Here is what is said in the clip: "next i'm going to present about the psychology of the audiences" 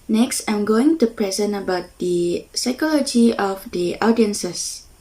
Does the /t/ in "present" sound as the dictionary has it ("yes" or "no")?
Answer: no